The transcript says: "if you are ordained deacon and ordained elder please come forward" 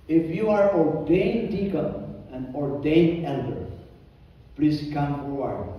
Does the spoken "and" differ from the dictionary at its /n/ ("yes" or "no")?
no